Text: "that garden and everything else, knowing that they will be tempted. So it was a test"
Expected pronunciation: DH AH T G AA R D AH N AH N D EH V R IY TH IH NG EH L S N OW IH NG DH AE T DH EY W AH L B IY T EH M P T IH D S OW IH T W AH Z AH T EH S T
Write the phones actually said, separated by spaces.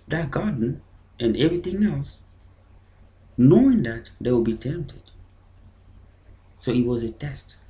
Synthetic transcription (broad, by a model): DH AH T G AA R D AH N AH N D EH V R IY TH IH NG EH L S N OW IH NG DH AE T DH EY W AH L B IY T EH M P T IH D S OW IH T W AH Z AH T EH S T